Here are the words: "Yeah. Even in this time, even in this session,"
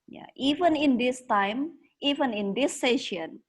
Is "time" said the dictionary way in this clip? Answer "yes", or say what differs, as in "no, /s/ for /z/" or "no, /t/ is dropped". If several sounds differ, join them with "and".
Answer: yes